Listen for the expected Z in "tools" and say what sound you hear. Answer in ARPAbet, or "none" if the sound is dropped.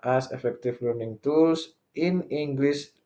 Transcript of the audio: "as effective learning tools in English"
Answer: S